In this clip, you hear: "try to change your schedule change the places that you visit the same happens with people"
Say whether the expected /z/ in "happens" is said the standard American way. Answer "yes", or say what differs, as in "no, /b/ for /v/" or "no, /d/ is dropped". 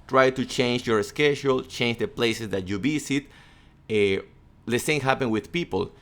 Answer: no, /z/ is dropped